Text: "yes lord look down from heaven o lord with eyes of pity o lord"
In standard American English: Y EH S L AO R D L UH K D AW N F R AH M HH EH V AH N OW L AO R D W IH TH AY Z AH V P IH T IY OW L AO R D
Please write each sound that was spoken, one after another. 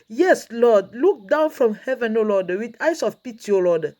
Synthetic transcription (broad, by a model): Y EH S L AO D L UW K D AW N F R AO M HH EH V AH N OW L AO D W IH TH AY S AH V P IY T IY OW L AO D